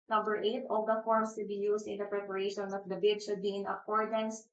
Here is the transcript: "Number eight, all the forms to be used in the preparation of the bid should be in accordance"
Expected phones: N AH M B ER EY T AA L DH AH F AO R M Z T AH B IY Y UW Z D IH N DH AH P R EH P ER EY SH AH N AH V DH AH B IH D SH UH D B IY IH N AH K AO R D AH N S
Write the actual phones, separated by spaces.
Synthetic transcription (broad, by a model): N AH M B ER EY T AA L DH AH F AO R M S T AH B IY Y UW S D IH N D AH P R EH P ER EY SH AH N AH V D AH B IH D SH UH D B IY IH N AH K AO R D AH N S